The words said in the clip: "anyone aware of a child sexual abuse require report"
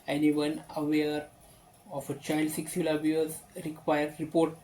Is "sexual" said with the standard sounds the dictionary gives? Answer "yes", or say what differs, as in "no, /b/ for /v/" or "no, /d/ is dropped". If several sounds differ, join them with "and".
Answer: no, /s/ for /ʃ/